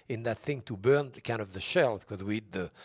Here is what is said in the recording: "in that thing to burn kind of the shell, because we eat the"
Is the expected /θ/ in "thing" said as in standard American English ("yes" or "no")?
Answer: yes